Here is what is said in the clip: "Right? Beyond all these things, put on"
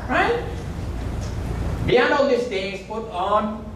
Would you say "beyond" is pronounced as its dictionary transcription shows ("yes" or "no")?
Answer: no